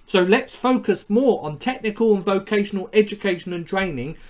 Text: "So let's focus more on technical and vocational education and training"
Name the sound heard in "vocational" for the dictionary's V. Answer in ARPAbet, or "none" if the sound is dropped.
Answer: V